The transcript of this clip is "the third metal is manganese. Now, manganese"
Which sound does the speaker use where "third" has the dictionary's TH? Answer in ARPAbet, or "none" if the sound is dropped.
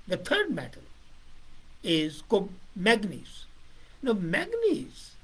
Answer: T